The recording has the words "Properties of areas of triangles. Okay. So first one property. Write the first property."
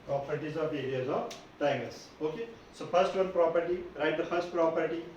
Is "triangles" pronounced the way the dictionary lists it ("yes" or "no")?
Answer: no